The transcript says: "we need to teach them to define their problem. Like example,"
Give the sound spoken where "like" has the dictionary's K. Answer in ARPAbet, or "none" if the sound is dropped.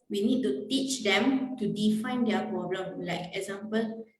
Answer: K